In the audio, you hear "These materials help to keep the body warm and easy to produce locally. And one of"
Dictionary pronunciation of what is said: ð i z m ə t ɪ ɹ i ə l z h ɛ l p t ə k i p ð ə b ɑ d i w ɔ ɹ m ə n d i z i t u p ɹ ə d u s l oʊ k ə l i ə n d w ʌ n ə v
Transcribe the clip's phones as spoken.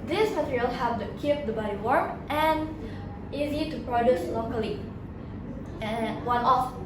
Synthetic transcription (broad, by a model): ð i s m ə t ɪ ɹ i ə l h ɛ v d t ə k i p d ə b ɑ d i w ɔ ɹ ə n i z i t u p ɹ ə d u s l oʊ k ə l i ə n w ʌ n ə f